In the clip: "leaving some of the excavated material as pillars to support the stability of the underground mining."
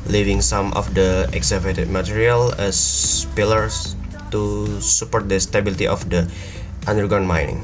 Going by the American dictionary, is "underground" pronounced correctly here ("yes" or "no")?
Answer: no